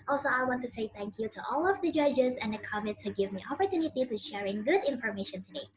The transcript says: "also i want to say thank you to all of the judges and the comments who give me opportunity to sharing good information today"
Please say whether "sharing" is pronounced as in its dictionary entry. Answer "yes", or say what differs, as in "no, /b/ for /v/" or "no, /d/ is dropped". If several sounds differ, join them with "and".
yes